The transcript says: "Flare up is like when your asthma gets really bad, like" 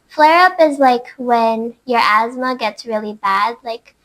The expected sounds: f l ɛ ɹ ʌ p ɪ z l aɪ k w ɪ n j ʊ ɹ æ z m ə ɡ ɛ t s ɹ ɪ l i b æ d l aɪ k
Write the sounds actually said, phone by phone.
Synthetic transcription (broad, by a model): f l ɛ ɹ ʌ p ɪ z l aɪ k w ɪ n j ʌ ɹ æ z m ə ɡ ɛ t s ɹ ɪ l i b æ d l aɪ k